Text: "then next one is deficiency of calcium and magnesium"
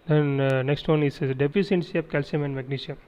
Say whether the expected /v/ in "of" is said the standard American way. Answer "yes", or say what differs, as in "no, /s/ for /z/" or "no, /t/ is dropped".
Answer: no, /p/ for /v/